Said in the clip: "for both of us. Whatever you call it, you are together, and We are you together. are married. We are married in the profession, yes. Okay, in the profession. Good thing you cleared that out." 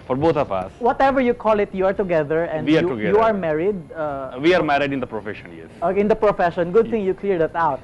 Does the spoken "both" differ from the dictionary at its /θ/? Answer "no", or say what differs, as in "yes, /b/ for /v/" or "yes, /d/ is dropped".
yes, /t/ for /θ/